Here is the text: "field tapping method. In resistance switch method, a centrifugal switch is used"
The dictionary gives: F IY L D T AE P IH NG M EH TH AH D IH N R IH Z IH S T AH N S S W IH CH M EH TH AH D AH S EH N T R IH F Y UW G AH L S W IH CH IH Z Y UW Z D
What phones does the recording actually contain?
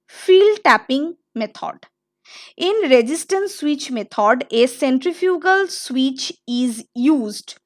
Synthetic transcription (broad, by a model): F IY L D T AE P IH NG M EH T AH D IH N R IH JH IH S T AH N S S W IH CH M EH T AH D AH S EH N T R IH F Y UW G AH L S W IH CH IH Z Y UW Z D